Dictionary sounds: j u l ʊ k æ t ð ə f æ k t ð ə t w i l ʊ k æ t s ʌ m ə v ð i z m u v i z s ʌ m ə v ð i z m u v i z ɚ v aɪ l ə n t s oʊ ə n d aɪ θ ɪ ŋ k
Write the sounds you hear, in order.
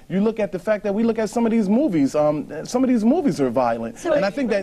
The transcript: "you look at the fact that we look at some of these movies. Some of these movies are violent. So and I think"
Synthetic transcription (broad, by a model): j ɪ l ʊ k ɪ t ð ə f æ k ð ə t w i l ʊ k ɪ t s ʌ m ə v ð i z m u v i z s ʌ m ə v ð i z m u v i z ɚ v aɪ l ə n t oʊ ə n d aɪ θ ɪ ŋ k